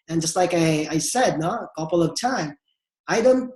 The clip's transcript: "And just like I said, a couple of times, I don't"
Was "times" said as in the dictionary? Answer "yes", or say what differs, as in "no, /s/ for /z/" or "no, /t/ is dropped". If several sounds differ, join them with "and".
no, /z/ is dropped